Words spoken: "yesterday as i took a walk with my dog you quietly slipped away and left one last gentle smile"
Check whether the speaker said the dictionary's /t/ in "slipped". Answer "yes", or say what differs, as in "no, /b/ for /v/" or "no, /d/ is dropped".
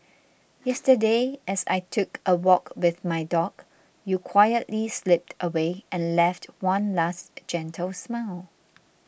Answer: yes